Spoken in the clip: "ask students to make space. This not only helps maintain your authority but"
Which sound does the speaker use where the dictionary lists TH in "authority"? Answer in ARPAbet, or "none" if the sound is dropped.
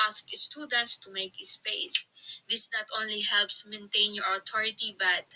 T